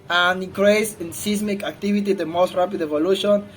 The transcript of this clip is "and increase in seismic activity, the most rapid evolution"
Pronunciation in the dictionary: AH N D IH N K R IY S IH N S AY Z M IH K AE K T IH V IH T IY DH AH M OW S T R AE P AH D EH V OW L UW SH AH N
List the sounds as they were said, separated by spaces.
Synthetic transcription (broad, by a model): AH N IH K R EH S IH N S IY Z M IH K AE K T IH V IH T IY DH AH M OW S T R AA P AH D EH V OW L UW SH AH N